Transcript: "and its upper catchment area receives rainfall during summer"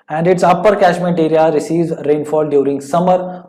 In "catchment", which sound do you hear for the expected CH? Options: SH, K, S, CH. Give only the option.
SH